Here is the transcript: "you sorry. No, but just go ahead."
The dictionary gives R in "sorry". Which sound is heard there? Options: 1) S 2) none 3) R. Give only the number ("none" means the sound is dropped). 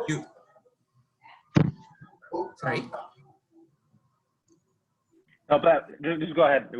2